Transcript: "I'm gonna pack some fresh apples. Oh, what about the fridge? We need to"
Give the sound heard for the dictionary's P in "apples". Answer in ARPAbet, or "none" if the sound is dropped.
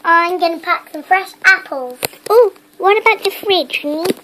P